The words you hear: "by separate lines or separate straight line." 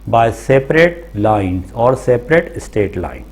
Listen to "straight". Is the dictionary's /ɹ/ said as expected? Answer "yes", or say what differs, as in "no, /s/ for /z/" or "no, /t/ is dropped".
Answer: no, /ɹ/ is dropped